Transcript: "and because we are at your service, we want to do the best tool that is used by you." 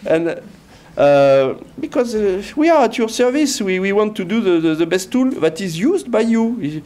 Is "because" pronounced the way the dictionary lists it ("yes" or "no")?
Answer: yes